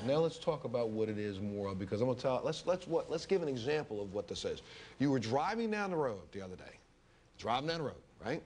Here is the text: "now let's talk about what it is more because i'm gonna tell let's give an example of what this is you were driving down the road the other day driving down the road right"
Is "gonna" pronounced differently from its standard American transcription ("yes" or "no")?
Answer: yes